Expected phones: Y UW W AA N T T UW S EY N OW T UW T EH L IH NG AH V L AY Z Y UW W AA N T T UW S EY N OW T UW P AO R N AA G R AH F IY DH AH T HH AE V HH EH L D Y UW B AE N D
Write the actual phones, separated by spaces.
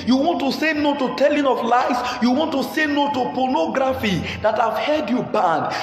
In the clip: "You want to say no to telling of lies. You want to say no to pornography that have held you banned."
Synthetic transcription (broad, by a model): Y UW W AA N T T UW S EY N OW T UW T EH L IH NG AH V L AY S Y UW W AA N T T UW S EY N OW T UW P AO N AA G R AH F IY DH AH T HH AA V HH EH D Y UW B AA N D